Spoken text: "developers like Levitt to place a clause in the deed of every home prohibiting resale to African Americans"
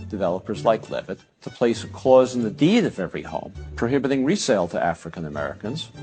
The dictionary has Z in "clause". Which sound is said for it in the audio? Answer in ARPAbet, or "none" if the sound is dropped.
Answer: Z